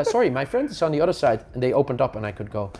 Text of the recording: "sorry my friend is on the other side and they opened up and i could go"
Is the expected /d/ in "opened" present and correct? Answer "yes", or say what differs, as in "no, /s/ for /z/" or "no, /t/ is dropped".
yes